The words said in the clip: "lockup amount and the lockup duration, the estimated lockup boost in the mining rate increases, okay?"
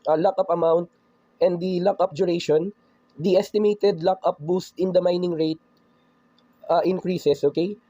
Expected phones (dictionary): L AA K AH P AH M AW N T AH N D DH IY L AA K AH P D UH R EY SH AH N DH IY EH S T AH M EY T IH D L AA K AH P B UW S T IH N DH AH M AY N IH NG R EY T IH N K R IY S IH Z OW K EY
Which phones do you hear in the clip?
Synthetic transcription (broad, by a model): L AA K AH P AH M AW N T AH N D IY L AA K AH P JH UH R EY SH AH N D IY EH S T AH M EY T IH D L AA K AH P B UW S T IH N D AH M AY N IH NG R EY T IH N K R IY S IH S OW K EY